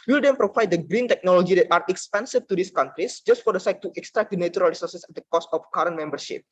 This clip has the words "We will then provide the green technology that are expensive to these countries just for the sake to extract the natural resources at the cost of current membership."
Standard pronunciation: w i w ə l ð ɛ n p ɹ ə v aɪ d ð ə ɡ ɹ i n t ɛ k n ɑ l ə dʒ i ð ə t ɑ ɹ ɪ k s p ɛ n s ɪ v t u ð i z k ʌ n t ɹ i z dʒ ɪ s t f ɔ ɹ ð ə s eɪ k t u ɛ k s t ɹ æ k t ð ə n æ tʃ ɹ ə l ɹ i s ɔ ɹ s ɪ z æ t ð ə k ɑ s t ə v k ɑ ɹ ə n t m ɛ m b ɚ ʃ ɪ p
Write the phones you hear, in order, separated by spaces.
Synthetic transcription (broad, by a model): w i l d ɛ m p ɹ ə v aɪ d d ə ɡ ɹ i n t ɛ k n ɑ l ə dʒ i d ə t ɑ ɹ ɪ k s p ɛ n s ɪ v t u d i s k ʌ n t ɹ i s dʒ ɪ s t f ɔ ɹ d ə s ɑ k t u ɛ k s t ɹ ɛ k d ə n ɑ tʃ ɹ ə l ɹ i s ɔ ɹ s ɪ s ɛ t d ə k ɑ s t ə f k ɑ ɹ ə n m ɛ m b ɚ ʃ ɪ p